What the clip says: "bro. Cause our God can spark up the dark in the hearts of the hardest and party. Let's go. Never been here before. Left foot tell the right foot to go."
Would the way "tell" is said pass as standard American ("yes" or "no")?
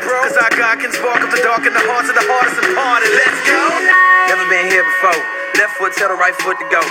no